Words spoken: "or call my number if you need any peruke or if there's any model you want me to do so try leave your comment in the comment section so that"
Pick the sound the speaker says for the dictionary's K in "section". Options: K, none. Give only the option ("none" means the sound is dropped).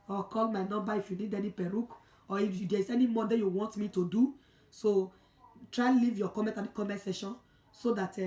none